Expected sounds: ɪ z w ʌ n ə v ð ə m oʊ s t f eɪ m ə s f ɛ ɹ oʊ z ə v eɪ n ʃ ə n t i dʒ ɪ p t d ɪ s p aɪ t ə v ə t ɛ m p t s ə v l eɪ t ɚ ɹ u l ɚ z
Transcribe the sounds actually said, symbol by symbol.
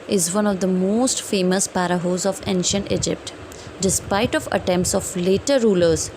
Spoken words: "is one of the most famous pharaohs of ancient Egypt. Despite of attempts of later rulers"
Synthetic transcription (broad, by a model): ɪ z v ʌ n ə v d ə m oʊ s t f eɪ m ə s p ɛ ɹ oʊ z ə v eɪ n ʃ ə n t i dʒ ɪ p t d ɪ s p aɪ t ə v ə t ɛ m p t s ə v l eɪ t ɚ ɹ u l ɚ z